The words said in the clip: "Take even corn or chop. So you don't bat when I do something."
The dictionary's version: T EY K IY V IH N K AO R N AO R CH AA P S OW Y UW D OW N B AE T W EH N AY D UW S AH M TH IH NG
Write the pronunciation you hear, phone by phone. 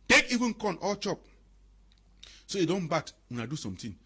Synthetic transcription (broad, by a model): T EY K IY V IH N K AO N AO L CH AA P S OW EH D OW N B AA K W EH N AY D UW S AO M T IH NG